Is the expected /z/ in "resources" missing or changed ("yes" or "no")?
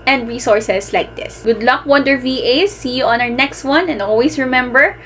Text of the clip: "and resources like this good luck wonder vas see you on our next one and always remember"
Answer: yes